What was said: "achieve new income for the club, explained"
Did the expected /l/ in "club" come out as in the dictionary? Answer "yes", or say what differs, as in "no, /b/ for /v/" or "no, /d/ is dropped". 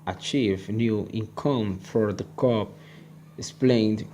no, /l/ is dropped